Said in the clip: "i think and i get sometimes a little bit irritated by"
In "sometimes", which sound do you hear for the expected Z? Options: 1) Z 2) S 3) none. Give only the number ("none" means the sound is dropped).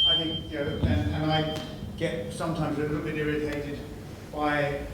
1